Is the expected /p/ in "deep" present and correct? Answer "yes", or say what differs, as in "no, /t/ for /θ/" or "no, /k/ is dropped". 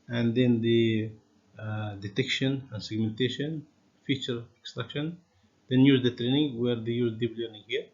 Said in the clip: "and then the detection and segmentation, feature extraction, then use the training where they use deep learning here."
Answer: no, /b/ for /p/